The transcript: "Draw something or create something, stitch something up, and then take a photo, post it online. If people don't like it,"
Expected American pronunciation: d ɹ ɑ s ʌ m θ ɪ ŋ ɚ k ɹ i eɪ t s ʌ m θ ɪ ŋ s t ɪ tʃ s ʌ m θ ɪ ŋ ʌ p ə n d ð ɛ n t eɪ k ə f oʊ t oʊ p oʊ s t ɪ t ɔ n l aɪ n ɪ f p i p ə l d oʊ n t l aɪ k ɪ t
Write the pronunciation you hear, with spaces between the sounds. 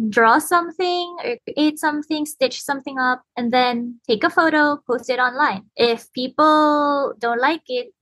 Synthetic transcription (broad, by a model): d ɹ ɑ s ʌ m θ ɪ ŋ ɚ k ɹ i eɪ t s ʌ m θ ɪ ŋ s t ɪ tʃ s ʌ m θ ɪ ŋ ʌ p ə n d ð ɛ n t eɪ k ə f oʊ t oʊ p oʊ s t ɪ t ɔ n l aɪ n ɪ f p i p ə l d oʊ n t l aɪ k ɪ t